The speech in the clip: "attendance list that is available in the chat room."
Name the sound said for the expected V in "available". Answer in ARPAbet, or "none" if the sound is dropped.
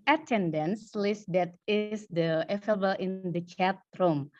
none